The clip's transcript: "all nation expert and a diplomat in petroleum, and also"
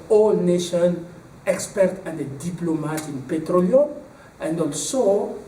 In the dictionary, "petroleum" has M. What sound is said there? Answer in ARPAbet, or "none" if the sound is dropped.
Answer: none